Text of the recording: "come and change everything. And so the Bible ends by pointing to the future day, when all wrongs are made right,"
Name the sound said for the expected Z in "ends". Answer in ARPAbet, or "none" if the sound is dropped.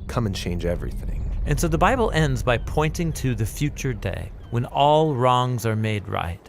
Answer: Z